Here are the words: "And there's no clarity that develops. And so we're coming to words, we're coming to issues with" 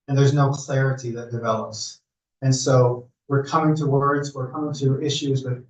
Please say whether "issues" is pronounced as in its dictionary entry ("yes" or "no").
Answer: yes